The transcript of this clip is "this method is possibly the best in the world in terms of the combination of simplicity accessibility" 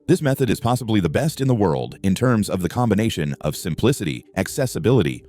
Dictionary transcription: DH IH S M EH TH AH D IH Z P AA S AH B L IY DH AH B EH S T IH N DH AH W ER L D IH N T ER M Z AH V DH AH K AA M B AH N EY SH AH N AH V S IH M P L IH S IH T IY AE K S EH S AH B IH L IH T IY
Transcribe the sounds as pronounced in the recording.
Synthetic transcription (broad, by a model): DH IH S M EH TH AH D IH Z P AA S AH B L IY DH AH B EH S T IH N DH AH W ER L D IH N T ER M Z AH V DH AH K AA M B AH N EY SH AH N AH V S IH M P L IH S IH T IY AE K S EH S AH B IH L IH T IY